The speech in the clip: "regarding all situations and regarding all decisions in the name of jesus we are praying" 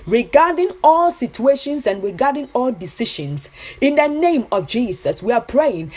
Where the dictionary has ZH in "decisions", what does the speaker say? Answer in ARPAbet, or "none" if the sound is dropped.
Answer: SH